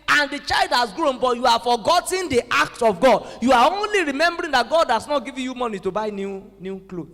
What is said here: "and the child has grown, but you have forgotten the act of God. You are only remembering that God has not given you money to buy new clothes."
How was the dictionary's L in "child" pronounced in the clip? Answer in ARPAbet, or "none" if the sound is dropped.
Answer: L